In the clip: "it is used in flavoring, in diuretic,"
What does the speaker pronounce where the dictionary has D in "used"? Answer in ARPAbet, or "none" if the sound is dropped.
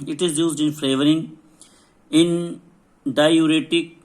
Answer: D